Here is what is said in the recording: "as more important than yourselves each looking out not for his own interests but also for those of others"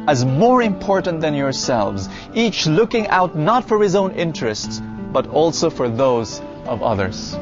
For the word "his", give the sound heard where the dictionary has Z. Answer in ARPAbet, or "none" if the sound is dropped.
Z